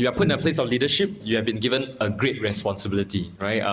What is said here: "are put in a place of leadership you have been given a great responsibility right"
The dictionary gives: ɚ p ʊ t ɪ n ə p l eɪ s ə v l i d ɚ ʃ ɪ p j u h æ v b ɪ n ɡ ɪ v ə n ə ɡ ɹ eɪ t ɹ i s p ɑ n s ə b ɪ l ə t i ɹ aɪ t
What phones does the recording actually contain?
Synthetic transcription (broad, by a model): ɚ p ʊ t ɪ n ə p l eɪ s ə f l i d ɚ ʃ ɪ p j u h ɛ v b ɪ n ɡ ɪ v ə n ə ɡ ɹ eɪ t ɹ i s p ɑ n s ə b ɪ l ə t i ɹ aɪ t